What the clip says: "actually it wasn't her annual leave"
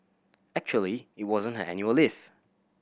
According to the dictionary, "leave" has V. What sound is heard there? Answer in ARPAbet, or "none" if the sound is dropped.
F